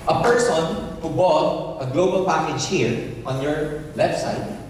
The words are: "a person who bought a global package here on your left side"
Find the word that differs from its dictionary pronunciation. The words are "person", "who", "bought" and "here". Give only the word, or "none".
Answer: none